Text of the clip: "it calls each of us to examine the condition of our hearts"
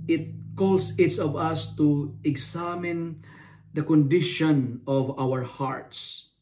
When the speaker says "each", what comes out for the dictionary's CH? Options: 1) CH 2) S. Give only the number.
2